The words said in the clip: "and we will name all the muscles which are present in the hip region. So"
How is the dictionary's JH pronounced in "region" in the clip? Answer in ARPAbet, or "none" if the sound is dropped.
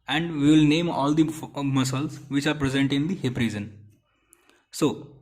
Z